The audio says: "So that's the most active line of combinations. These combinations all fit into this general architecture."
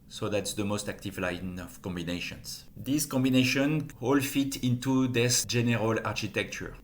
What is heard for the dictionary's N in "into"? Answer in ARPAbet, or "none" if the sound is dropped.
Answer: N